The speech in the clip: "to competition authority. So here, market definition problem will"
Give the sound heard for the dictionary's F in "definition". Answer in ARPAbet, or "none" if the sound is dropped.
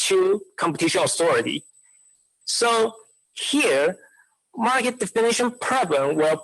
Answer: F